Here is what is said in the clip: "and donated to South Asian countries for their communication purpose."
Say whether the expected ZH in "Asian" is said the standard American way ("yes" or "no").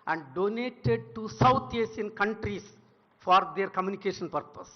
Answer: no